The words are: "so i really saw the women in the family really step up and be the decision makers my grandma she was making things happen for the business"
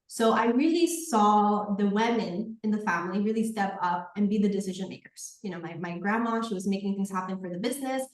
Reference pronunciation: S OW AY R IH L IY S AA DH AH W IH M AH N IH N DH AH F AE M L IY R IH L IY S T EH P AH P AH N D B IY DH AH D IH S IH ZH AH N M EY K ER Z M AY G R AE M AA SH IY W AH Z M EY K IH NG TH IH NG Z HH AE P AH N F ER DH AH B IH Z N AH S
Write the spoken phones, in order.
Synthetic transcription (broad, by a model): S OW AY R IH L IY S AA DH AH W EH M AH N IH N DH AH F AE M L IY R IH L IY S T EH P AH P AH N B IY DH AH D IH S IH ZH AH N M EY K ER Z M AY G R AE M AA SH IY W AH Z M EY K IH NG TH IH NG Z HH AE P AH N F ER DH AH B IH Z N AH S